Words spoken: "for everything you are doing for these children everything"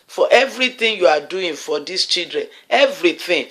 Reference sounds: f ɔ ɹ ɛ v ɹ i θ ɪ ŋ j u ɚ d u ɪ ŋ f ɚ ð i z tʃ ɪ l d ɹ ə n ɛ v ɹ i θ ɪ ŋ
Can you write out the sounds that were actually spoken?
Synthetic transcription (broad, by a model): f ɔ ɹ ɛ v ɹ i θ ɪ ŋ j u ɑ d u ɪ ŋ f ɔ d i s tʃ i l d ɹ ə n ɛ v ɹ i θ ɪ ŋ